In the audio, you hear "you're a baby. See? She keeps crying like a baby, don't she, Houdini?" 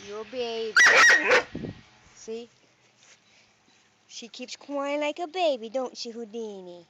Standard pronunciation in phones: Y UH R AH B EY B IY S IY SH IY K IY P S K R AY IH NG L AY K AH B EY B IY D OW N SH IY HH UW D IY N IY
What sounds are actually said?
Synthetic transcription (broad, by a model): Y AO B AH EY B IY S IY SH IY K IY P S K W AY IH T L AY K AH B EY B IY D OW N SH IY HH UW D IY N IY